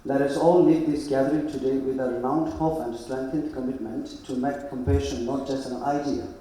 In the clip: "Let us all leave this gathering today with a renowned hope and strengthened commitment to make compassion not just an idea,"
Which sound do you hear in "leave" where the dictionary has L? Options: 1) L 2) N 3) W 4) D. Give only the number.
2